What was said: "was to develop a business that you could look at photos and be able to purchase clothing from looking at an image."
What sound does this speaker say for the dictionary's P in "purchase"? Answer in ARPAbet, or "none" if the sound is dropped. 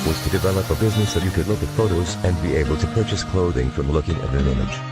P